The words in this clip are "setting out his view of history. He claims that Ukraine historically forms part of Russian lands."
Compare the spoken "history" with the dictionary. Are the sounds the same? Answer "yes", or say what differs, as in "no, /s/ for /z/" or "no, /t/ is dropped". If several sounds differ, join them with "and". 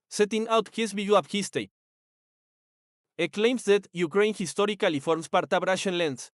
no, /ɹ/ is dropped